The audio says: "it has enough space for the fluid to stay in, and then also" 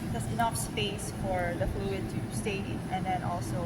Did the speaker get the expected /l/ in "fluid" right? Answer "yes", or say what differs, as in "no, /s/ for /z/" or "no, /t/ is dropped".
yes